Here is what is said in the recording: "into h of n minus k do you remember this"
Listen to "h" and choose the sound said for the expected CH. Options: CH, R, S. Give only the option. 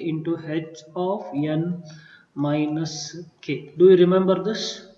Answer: S